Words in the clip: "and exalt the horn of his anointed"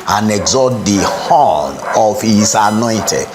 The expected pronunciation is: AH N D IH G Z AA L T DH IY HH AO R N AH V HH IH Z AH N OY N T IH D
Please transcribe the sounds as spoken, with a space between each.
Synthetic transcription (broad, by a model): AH N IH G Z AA T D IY HH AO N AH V HH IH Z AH N OY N T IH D